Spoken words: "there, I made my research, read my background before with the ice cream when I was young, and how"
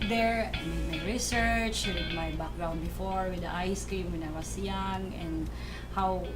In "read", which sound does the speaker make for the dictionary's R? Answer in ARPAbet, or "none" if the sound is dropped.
W